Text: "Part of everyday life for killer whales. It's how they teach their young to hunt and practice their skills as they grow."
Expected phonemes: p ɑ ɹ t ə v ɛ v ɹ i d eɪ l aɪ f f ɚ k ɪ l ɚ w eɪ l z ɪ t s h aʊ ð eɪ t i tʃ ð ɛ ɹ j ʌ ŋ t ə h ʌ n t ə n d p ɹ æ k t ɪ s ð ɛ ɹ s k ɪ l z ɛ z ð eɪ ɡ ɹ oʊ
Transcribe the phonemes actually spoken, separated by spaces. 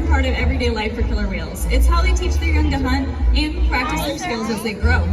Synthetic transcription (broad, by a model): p ɑ ɹ t ə v ɛ v ɹ i d eɪ l aɪ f f ɚ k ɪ l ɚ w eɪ l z ɪ t s h aʊ ð eɪ t i tʃ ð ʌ ɹ j ʌ ŋ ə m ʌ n ə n p ɹ æ k t ɪ s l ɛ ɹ s k ɪ l z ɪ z ð eɪ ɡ ɹ oʊ